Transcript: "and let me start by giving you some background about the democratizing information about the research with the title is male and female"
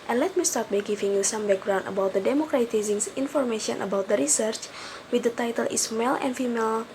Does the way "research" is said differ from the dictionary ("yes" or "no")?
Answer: no